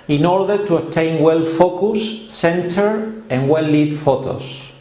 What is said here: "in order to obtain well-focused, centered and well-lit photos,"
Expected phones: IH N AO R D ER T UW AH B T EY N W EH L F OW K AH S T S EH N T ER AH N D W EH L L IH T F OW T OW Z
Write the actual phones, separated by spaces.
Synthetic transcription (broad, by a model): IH N AO R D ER T UW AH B T EY N W EH L F OW K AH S S EH N T ER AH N W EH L L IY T F OW T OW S